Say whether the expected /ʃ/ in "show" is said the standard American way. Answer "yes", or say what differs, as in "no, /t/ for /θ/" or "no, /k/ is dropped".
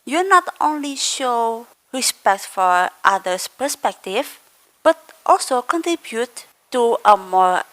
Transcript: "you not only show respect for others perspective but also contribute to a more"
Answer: yes